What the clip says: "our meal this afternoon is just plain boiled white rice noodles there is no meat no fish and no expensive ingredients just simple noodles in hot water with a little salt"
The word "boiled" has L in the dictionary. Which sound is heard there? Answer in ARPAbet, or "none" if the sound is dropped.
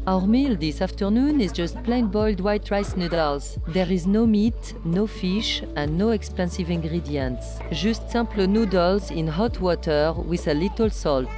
L